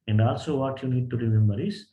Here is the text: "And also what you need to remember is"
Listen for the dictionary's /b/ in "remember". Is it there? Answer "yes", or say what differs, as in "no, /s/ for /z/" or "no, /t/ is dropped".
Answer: no, /b/ is dropped